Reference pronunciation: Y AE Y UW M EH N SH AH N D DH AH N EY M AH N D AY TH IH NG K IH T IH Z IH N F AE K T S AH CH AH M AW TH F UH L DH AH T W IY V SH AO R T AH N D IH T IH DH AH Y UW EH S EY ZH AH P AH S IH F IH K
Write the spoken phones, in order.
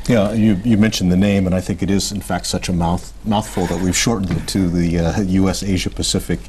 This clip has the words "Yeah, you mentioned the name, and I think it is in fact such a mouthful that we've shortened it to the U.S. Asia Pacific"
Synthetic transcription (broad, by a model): Y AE Y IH M EH N SH N DH AH N EY M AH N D AY TH IH NG K IH T IH Z IH N F AE K T S AH CH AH M AW TH F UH L DH AH T W IY V SH AO R T N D IH T IH DH AH Y UW EH S EY ZH AH P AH S IH F IH K